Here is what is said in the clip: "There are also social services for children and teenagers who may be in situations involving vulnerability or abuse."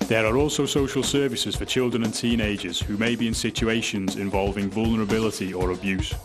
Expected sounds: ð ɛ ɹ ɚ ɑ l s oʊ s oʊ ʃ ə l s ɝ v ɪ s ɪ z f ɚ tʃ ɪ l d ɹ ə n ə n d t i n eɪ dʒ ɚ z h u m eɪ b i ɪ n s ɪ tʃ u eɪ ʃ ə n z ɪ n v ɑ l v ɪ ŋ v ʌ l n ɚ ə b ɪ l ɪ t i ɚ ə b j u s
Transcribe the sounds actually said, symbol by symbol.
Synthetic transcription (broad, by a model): ð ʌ ɹ ɚ ɑ l s oʊ s oʊ ʃ ə l s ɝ v ɪ s ɪ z f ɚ tʃ ɪ l d ɹ ə n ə n t i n eɪ dʒ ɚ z h u m eɪ b i ɪ n s ɪ tʃ u eɪ ʃ ə n z ɪ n v ɑ l v ɪ ŋ v ʌ l n ɚ ə b ɪ l ɪ t i ɚ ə b j u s